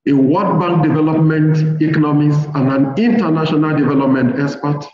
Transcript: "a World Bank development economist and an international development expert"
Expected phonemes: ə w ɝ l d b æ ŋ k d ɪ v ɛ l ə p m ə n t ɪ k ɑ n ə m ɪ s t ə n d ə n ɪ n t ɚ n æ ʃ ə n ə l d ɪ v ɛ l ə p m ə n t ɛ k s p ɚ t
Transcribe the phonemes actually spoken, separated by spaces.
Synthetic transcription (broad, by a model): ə w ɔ d b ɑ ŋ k d ɪ v ɛ l ə p m ə n t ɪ k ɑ n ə m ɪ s ə n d ə n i n t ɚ n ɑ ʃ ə n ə l d ɪ v ɛ l ə p m ə n t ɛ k s p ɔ t